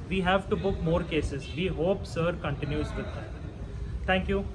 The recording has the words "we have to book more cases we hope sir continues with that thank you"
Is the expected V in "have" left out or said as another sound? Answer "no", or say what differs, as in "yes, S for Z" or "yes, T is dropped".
no